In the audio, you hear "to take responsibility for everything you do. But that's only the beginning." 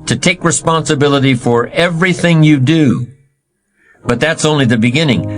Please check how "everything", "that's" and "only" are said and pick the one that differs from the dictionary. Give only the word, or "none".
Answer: none